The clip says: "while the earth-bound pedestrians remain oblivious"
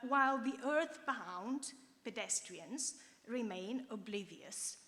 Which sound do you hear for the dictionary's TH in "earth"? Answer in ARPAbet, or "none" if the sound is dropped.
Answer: TH